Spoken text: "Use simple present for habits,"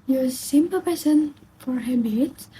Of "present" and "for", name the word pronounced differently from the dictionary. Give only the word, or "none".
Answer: present